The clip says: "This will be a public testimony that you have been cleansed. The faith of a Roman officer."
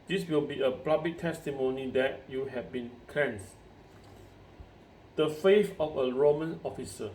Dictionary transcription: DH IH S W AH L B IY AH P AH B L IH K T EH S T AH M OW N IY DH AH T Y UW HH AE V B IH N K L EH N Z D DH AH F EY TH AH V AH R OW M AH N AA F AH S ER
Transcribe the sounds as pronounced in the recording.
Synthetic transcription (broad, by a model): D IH S W AH L B IY AH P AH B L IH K T EH S T AH M OW N IY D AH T Y UW HH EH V B IH N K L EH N S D AH F EY F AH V AH R OW M AH N AA F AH S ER